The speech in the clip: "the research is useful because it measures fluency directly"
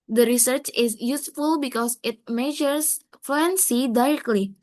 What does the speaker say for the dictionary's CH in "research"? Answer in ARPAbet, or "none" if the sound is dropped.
CH